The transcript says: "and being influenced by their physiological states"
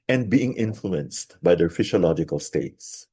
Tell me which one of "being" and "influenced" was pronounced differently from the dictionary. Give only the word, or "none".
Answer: none